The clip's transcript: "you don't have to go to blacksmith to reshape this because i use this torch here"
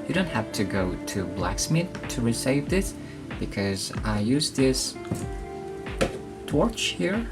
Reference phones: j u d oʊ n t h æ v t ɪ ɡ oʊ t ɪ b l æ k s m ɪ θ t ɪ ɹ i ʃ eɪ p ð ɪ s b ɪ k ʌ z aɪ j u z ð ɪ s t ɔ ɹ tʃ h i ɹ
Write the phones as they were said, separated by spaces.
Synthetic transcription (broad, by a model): j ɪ d oʊ n t h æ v t ɪ ɡ oʊ t ɪ b l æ k s m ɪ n t ɪ ɹ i s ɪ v ð ɪ s b ɪ k ʌ z aɪ j u z ð ɪ s t ɔ ɹ tʃ h i ɹ